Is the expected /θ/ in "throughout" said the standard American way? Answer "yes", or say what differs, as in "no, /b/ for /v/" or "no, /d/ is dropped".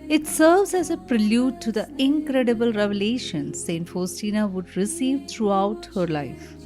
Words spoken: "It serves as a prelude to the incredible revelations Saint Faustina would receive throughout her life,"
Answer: no, /t/ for /θ/